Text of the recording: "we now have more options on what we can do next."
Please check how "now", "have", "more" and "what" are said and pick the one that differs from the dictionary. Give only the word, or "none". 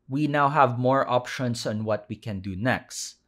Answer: none